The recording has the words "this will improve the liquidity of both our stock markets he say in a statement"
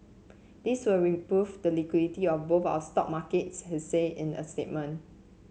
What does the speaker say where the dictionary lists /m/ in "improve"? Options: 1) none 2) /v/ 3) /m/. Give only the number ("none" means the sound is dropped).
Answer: 1